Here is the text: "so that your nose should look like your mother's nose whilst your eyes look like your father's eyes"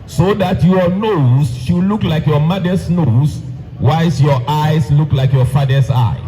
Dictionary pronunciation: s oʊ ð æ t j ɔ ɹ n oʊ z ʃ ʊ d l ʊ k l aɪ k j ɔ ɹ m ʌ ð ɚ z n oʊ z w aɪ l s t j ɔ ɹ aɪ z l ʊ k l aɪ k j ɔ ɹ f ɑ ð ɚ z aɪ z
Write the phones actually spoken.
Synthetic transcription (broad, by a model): s oʊ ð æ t j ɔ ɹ n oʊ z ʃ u l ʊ k l aɪ k j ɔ m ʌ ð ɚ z n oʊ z w aɪ s j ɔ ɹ aɪ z l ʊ k l aɪ k j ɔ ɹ f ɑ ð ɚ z aɪ